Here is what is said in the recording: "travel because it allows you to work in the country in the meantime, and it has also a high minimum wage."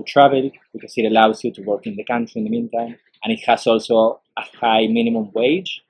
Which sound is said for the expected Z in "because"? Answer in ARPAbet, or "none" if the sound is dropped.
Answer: S